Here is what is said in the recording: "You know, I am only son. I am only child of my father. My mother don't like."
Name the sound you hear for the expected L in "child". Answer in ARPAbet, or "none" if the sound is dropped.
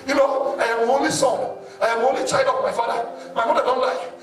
none